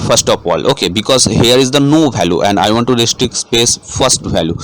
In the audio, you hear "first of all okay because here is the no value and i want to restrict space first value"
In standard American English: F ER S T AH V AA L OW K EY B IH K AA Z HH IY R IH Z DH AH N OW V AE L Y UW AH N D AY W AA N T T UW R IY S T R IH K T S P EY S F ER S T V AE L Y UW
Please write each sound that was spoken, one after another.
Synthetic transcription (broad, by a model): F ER S T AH P AA L OW K EY B IH K AA Z HH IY R IH Z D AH N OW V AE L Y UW AH N D AY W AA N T T UW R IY S T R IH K S P EY S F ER S T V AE L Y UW